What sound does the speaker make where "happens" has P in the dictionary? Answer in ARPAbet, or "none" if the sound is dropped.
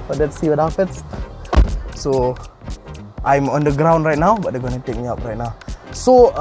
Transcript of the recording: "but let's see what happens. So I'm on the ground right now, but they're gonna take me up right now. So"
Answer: F